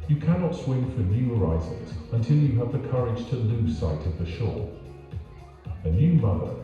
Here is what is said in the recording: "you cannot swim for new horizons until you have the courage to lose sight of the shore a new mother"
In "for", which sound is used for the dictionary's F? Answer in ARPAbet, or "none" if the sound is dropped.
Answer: F